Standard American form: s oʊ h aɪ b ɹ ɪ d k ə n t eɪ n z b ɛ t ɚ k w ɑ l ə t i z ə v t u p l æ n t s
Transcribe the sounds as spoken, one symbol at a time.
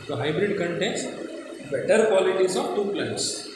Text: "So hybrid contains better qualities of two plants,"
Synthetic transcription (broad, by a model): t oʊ h aɪ b ɹ ɪ d k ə n t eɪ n s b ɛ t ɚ k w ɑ l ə t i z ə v t u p l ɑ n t s